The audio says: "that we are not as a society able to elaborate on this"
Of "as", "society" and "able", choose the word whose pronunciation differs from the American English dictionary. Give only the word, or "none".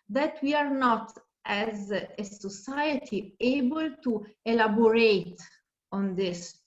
none